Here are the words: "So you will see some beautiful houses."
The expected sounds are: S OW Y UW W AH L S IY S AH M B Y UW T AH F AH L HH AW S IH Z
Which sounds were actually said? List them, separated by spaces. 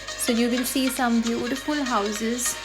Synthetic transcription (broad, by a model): S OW Y UW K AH N S IY S AH M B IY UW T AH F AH L HH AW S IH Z